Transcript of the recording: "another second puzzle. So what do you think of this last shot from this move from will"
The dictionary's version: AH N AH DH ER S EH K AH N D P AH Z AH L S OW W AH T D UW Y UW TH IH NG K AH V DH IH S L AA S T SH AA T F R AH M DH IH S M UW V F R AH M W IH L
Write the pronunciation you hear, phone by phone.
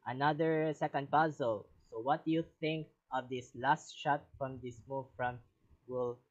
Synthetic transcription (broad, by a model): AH N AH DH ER S EH K AH N D P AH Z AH L S OW W AH T D UW Y UW TH IH NG K AH V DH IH S L AA S T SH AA T F R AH M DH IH S M UW V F R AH M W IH L